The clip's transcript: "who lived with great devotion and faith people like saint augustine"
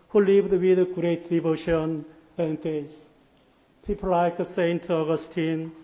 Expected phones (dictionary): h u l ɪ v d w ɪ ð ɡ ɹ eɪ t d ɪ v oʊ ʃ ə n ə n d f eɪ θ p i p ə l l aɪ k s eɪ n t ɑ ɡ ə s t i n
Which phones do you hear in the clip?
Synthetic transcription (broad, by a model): h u l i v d w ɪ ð ɡ ɹ eɪ t d ɪ v oʊ ʃ ə n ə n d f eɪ s p i p ə l l aɪ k s eɪ n t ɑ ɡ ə s t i n